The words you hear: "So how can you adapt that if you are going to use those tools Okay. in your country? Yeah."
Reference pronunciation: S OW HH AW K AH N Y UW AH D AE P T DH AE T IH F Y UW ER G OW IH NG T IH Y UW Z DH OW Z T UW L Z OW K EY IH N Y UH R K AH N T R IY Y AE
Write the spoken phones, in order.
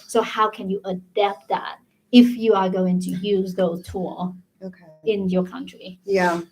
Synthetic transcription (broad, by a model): S OW HH AW K AH N Y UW AH D AE P T DH AE T IH F Y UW ER G OW IH NG T IH Y UW Z DH OW Z T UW L OW K EY IH N Y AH R K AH N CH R IY Y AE